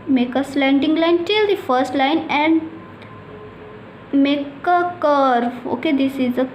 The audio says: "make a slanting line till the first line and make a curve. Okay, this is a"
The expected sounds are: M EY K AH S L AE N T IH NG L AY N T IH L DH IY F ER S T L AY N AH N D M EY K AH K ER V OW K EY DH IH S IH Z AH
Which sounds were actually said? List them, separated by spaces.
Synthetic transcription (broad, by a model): M EY K AH S L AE N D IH NG L AY N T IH L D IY F ER S T L AY N AH N D M EY K AH K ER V OW K EY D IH S IH Z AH